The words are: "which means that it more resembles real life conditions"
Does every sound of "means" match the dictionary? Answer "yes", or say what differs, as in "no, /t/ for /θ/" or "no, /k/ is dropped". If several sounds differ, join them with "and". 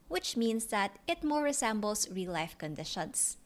no, /s/ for /z/